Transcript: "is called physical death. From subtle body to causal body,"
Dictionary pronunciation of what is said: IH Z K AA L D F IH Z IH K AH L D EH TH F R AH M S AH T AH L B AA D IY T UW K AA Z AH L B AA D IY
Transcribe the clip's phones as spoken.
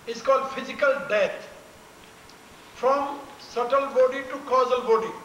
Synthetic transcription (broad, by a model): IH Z K AA L D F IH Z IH K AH L D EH T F R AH M S AH T AH L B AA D IY T UW K AA Z AH L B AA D IY